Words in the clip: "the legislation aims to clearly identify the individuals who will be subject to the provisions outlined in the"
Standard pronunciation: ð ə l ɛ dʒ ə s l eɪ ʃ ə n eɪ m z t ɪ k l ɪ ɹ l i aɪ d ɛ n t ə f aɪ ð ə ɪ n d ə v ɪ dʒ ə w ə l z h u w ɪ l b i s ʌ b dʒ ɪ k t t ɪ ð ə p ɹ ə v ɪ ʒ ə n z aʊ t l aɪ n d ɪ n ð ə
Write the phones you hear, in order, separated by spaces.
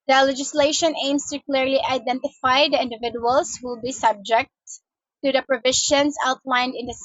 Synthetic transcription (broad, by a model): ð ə l ɛ dʒ ə s l eɪ ʃ ə n eɪ m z t ɪ k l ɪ ɹ l i aɪ d ɛ n t ə f aɪ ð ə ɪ n d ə v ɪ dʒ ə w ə l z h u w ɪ l b i s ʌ b dʒ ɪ k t t ɪ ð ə p ɹ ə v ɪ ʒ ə n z aʊ t l aɪ n d ɪ n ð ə